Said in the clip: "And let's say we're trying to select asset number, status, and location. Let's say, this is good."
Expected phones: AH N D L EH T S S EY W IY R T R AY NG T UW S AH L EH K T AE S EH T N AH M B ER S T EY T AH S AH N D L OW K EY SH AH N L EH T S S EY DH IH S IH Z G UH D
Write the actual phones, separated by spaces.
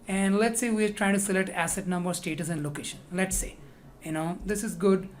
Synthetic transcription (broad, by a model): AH N D L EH T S S EY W IY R T R AY NG T UW S AH L EH K T AE S EH T N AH M B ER S T EY T AH S AH N D L OW K EY SH AH N L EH T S S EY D IH S IH Z G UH D